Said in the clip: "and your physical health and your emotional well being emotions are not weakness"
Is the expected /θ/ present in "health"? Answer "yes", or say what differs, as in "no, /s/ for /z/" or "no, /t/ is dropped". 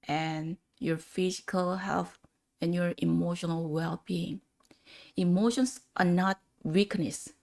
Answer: no, /f/ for /θ/